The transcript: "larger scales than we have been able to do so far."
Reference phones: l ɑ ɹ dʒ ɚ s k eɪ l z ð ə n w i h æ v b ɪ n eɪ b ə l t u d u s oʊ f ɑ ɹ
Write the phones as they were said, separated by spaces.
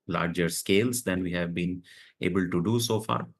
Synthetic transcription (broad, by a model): l ɑ ɹ dʒ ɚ s k eɪ l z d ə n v i h æ v b ɪ n eɪ b ə l t u d u s oʊ f ɑ ɹ